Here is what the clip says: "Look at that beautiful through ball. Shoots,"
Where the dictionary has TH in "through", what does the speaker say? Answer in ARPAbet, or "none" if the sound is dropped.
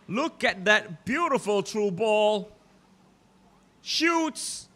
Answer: T